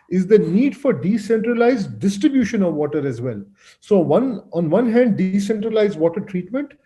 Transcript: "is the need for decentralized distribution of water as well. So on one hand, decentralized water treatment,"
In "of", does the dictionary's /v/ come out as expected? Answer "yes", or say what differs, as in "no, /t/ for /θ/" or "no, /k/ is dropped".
yes